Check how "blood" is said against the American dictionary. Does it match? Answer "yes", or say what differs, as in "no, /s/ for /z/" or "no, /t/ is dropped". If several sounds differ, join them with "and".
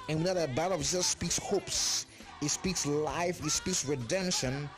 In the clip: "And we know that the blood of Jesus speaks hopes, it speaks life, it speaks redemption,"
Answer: no, /l/ is dropped